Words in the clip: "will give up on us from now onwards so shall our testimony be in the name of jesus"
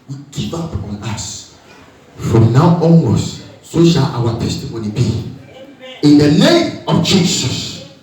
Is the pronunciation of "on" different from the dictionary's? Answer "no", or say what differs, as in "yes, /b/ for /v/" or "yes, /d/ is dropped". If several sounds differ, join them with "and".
no